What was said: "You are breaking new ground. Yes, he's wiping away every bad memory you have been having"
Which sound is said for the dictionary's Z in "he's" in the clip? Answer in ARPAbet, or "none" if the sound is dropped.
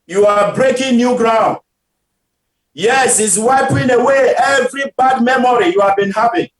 S